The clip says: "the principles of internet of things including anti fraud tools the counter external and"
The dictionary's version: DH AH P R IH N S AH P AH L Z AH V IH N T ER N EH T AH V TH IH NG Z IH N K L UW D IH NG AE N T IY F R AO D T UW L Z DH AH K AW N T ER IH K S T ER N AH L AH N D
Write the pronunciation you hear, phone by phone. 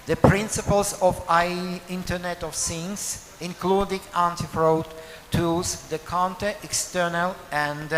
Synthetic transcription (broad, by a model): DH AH P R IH N S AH P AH L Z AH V IH N T ER N EH T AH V S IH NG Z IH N K L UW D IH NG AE N T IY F R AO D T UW Z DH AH K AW N T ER IH K S T ER N AH L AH N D